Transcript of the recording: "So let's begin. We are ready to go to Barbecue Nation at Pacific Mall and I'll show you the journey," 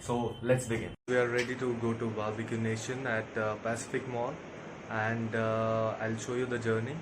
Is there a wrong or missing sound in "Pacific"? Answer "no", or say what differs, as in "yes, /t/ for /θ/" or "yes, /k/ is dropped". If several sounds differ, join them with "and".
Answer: no